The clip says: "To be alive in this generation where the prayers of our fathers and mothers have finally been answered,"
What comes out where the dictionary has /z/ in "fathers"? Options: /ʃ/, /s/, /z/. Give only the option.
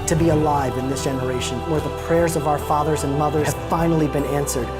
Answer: /z/